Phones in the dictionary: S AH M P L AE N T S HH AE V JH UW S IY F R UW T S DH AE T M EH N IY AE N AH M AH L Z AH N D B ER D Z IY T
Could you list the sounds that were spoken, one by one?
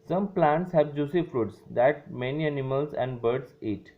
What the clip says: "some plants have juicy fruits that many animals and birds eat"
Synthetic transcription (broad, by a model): S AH M P L AE N T S HH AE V JH UW S IY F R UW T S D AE T M EH N IY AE N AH M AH L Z AH N D B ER D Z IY T